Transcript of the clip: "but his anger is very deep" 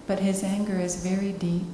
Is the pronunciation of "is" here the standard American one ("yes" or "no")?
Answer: yes